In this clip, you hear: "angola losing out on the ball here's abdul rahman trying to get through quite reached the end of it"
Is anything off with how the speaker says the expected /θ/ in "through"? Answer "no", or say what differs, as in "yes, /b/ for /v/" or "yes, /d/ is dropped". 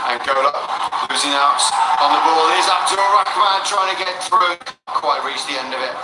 no